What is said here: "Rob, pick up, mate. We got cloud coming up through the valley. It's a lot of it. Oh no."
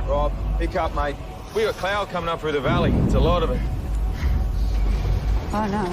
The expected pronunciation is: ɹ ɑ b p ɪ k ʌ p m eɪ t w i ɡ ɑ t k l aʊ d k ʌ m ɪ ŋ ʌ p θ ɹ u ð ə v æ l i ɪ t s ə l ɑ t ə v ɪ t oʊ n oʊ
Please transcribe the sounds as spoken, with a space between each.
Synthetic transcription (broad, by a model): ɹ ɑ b p ɪ k ʌ p m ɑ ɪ w i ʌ k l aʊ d k ʌ m ɪ ŋ ʌ p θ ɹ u ð ə v æ l i ɪ t s ə l ɑ t ə v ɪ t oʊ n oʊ